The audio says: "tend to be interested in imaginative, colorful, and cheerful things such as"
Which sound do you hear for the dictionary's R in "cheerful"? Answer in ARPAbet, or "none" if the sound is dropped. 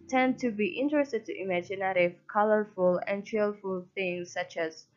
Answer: L